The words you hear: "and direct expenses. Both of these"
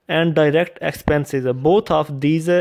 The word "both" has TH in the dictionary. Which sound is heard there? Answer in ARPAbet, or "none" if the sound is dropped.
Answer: T